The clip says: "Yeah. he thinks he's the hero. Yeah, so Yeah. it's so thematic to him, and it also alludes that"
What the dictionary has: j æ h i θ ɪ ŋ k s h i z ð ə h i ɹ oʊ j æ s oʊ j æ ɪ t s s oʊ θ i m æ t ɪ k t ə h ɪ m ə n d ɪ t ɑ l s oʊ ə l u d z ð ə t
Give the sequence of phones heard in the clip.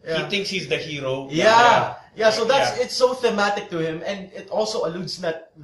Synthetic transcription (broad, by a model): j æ h i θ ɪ ŋ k s h i z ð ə h i ɹ oʊ j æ s oʊ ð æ ɪ t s s oʊ θ i m æ t ɪ k t ə h ɪ m ə n d ɪ t ɑ l s oʊ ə l u d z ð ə t